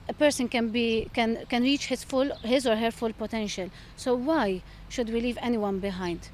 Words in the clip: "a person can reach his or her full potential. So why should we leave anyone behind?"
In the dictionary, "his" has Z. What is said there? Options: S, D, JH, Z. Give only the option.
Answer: Z